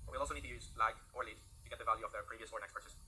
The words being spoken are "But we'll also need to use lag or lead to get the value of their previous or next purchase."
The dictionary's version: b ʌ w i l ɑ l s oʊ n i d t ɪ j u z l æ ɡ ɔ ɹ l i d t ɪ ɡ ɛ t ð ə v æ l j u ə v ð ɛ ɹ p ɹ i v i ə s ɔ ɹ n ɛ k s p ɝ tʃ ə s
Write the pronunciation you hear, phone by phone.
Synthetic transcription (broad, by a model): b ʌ w i l ɑ l s oʊ n i d t ɪ j u z l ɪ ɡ ɔ ɹ l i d t ɪ ɡ ɛ t ð ə v æ l j u ə v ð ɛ ɹ p ɹ i v i ə s ɔ ɹ n ɛ k s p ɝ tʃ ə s